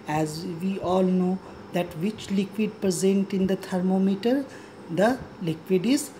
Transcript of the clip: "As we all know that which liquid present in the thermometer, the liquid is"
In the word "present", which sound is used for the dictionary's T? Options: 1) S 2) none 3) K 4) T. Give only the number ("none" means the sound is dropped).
4